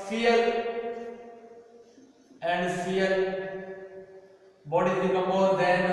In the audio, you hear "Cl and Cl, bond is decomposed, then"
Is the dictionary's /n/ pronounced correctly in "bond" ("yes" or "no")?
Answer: no